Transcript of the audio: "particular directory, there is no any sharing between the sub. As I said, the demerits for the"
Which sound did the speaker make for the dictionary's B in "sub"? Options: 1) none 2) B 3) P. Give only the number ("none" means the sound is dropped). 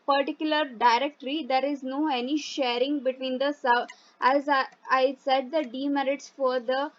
1